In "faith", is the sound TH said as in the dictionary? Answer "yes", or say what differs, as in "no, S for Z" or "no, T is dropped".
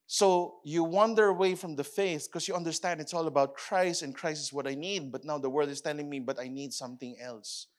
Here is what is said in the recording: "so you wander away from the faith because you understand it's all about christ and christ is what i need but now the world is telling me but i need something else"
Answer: yes